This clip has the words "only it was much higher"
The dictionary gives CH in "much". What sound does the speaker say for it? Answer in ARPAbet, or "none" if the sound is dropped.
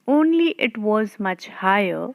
CH